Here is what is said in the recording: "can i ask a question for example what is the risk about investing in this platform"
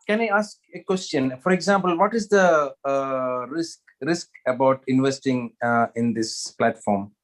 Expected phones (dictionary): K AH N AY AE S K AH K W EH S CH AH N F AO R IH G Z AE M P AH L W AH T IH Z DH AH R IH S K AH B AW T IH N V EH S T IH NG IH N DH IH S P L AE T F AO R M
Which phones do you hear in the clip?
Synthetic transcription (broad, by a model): K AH N AY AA S K AH K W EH S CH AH N F AO R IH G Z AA M P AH L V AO T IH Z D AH R IH S K AH B AW T IH N V EH S T IH NG IH N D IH S P L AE T F AO R M